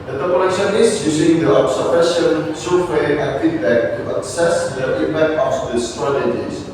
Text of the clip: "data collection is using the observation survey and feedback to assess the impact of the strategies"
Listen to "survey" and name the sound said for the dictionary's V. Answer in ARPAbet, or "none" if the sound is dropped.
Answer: W